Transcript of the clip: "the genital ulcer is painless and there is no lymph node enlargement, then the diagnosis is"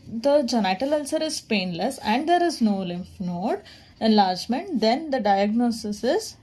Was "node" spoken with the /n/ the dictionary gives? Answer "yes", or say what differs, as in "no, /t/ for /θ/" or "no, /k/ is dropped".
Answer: yes